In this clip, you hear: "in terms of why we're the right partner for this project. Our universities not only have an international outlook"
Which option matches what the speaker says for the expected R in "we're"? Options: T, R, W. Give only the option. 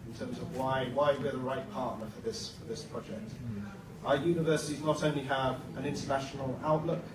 W